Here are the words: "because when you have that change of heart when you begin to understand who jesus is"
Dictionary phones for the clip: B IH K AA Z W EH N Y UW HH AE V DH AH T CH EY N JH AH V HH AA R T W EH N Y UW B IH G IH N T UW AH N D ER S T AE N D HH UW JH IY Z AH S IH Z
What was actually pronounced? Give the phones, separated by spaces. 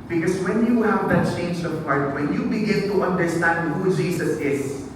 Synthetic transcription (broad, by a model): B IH K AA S W EH N Y UW HH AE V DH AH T CH EY N JH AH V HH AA R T W EH N Y UW B IH G IH N T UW AH N D ER S T AE N D HH UW JH IY S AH S IH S